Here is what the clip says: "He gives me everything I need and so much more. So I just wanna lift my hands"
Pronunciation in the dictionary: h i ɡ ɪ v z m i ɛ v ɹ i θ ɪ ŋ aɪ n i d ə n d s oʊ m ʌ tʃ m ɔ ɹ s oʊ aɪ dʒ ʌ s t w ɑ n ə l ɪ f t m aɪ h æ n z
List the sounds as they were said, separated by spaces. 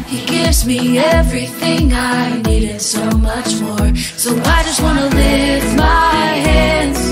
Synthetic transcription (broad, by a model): h i ɡ ɪ v z m i ɛ v ɹ i θ ɪ ŋ aɪ n i d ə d s oʊ m ʌ tʃ m ɔ ɹ s oʊ aɪ dʒ ʌ s t w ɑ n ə l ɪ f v m aɪ h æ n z